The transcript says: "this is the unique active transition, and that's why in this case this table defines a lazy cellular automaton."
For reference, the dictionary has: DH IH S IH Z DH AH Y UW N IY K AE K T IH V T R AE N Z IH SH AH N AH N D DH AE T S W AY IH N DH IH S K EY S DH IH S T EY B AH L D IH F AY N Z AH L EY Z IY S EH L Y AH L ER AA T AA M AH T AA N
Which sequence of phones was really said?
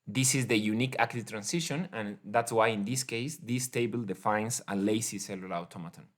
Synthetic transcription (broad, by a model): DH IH S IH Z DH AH Y UW N IY K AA K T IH T R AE N S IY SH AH N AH N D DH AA T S W AY IH N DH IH S K EY S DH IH S T EY B AH L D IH F AY N S AH L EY S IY S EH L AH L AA T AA M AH T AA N